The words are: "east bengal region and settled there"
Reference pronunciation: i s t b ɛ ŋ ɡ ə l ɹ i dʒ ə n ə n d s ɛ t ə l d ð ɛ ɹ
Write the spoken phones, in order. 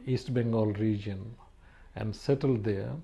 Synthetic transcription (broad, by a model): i s t b ɛ ŋ ɡ ə l ɹ i dʒ ə n ə n d s ɛ t ə l d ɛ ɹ